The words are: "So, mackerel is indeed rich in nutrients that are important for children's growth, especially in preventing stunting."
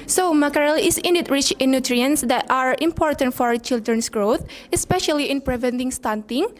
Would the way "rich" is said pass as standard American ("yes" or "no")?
yes